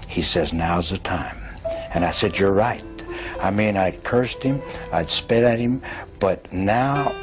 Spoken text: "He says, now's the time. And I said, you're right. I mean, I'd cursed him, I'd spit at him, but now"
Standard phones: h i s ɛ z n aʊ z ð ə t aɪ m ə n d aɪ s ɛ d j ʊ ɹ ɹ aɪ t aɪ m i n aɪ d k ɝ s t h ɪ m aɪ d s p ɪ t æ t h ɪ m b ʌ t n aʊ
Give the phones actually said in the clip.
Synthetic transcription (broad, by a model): h i s ɛ z n aʊ z ð ə t aɪ m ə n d aɪ s ɛ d j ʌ ɹ ɹ aɪ t aɪ m i n aɪ d k ɝ s t h ɪ m aɪ d s p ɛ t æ t h ɪ m b ʌ t n aʊ